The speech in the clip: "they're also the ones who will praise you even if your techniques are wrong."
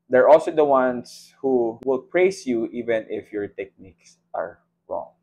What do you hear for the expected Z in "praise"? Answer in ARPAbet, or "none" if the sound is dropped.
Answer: S